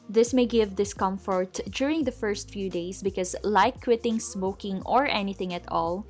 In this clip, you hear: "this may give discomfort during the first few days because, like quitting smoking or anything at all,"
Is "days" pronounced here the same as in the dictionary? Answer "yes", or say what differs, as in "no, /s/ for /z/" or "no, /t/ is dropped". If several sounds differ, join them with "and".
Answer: no, /s/ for /z/